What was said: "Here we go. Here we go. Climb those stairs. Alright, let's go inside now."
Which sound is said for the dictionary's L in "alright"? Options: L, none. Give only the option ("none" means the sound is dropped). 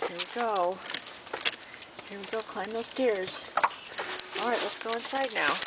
L